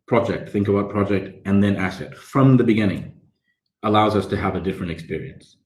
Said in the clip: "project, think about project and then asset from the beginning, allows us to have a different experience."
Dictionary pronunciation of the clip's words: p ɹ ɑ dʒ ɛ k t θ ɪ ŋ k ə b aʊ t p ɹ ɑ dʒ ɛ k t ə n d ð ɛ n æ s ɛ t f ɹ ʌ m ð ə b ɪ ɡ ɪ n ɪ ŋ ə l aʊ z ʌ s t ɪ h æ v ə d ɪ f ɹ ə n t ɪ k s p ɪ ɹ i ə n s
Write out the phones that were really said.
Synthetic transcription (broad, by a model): p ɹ ɑ dʒ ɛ k t θ ɪ ŋ k ə b aʊ t p ɹ ɑ dʒ ɛ k t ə n ð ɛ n æ s ɛ t f ɹ ʌ m ð ə b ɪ ɡ ɪ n ɪ ŋ ə l aʊ z ʌ s t ɪ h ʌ v ə d ɪ f ɹ ə n t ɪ k s p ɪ ɹ i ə n s